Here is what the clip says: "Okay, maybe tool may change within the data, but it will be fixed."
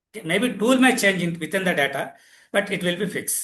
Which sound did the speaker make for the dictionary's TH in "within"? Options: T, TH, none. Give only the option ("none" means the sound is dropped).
T